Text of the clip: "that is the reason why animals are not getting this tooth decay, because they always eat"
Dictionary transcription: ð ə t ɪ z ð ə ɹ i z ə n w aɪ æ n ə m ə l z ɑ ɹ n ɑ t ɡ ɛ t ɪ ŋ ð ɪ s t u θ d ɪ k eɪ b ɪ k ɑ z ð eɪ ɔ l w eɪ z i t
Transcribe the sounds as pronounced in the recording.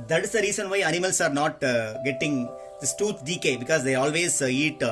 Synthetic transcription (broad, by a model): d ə t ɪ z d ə ɹ i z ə n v aɪ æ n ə m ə l s ɑ ɹ n ɑ t ɡ ɛ t ɪ ŋ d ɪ s t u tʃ d ɪ k eɪ b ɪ k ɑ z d eɪ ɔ l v eɪ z i t